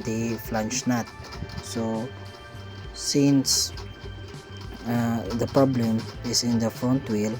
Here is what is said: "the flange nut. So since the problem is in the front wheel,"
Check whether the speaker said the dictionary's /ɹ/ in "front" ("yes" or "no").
no